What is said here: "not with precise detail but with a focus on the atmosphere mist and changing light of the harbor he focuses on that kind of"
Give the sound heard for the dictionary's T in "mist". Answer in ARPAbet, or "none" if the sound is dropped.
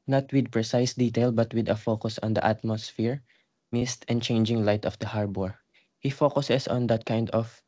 T